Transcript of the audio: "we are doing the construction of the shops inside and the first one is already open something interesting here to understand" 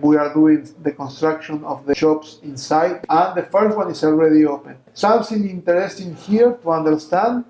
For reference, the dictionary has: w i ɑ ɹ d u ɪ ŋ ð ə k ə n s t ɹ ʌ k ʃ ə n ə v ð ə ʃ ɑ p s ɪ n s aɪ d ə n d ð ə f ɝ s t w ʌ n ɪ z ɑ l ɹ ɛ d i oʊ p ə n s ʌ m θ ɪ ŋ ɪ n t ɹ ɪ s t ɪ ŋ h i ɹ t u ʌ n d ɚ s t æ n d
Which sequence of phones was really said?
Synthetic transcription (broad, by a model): w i ɑ ɹ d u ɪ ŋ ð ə k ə n s t ɹ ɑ k ʃ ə n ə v ð ə ʃ ɑ p s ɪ n s aɪ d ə n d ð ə f ɝ s t w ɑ n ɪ s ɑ l ɹ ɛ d i oʊ p ə n s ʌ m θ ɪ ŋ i n t ɹ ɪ s t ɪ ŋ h i ɹ t u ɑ n d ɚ s t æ n d